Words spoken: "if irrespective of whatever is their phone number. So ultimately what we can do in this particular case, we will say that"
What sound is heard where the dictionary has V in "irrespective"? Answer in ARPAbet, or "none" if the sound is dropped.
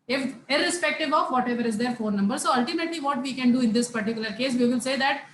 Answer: V